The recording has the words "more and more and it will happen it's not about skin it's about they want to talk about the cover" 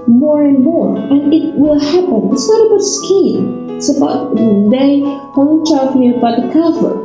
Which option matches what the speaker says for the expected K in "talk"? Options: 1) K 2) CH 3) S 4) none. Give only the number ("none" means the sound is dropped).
4